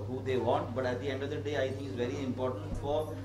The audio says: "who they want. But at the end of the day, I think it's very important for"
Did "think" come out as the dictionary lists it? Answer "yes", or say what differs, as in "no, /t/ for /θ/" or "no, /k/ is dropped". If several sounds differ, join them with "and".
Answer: no, /t/ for /θ/